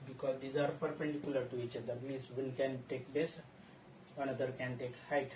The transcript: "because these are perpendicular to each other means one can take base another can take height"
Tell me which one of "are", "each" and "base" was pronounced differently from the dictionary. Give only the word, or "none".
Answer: none